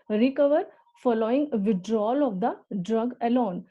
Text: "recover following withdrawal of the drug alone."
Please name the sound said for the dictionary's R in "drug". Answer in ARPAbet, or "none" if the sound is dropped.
R